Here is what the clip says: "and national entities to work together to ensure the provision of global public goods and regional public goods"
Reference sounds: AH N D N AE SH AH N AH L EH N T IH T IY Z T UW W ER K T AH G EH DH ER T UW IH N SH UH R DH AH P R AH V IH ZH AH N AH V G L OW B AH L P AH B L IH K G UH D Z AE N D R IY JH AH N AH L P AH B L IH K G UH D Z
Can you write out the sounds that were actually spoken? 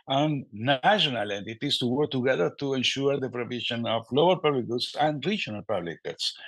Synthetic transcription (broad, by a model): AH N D N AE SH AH N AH L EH N T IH T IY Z T UW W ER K T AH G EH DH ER T UW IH N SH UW R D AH P R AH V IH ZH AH N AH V L OW AH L P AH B L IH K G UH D S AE N D R IY JH AH N AH L P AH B L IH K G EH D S